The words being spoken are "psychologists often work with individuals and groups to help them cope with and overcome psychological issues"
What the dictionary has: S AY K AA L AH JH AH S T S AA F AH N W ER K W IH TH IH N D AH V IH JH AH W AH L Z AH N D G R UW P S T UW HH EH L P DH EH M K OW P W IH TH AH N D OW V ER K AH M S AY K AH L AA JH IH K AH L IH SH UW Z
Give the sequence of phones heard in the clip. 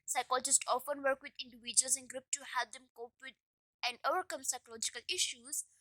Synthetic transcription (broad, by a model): S AY K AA L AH JH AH S T AA F AH N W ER K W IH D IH N D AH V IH JH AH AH L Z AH N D G R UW P T UW HH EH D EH M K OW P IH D AH N D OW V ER K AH M S AY K AH L AA JH IH K AH L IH SH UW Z